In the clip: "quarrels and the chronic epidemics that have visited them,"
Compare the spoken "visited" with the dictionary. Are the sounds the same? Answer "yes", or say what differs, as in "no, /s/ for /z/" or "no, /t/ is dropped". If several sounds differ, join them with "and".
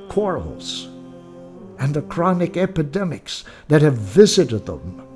yes